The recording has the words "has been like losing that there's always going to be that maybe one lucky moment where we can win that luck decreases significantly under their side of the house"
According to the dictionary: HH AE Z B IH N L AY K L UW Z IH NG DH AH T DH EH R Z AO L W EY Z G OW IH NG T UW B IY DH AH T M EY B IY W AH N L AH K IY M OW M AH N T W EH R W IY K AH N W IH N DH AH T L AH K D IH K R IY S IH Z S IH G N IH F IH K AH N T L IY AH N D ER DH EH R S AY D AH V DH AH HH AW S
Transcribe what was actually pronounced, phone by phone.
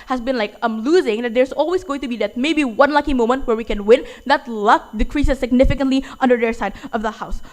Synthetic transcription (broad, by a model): HH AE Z B IH N L AY K L UW Z IH NG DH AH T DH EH R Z AO L W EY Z G OW IH NG T UW B IY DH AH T M EY B IY W AH N L AH K IY M OW M AH N T W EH R W IY K AH N W IH N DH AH T L AH K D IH K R IY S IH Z S IH G N IH F IH K AH N T L IY AH N D ER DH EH R S AY D AH V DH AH HH AW S